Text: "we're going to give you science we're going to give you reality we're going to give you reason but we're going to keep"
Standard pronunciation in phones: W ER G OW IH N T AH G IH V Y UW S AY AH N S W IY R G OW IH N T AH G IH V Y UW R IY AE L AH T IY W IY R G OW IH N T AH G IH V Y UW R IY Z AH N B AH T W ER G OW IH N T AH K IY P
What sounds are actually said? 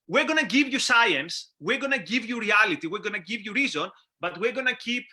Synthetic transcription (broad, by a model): W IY G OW N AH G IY V Y UW S AY AH N S W IY R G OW N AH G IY V Y UW R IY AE L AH T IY W IY R G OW N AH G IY V Y UW R IY Z AH N B AH T W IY G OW N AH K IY P